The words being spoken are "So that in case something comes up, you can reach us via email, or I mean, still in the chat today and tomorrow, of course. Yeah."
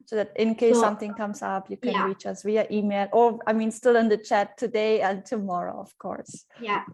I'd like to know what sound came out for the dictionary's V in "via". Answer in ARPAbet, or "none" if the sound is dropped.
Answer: W